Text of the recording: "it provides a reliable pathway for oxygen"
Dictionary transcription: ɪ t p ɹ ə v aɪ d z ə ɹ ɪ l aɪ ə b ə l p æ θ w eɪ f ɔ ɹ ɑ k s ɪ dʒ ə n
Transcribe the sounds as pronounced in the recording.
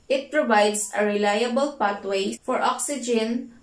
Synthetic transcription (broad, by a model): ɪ t p ɹ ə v aɪ d s ə ɹ ɪ l aɪ ə b ə l p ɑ t w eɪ f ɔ ɹ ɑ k s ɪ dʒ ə n